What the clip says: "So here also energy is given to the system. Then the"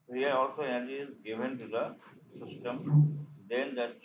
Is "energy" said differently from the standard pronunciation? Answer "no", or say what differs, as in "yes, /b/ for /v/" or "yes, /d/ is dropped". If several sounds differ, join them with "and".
yes, /n/ is dropped